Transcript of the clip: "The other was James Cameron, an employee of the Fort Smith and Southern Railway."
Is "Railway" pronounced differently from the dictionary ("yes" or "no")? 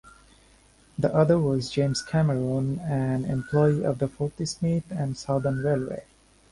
no